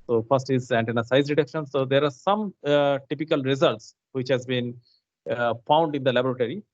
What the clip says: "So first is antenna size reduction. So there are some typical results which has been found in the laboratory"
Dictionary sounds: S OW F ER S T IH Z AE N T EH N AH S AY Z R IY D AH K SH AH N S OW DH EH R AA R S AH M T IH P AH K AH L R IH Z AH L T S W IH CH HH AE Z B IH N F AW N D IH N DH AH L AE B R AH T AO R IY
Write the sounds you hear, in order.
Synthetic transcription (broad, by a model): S OW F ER S T IH Z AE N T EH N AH S AY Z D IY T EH K SH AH N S OW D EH R AA R S AH M T IH P AH K AH L R IH Z AH L T S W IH CH HH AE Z B IH N F AW N D IH N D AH L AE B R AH T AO R IY